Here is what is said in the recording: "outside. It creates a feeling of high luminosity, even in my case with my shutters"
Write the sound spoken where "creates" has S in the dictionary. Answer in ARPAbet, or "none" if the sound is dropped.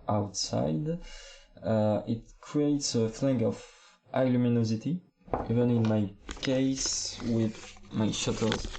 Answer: S